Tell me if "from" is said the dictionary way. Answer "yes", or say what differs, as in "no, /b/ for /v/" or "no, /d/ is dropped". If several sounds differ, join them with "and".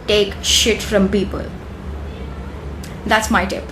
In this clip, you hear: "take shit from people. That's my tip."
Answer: yes